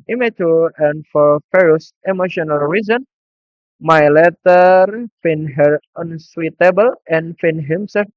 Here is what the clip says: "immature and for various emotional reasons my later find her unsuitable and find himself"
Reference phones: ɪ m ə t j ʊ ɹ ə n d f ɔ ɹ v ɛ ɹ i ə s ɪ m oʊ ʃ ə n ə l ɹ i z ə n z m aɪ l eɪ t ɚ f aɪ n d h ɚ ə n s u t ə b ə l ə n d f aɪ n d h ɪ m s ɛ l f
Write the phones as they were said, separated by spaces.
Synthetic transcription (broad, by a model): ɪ m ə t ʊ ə n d f ɔ ɹ f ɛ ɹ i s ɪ m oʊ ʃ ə n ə l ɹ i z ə n m aɪ l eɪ t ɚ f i n h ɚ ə n s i t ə b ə l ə n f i n h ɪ m s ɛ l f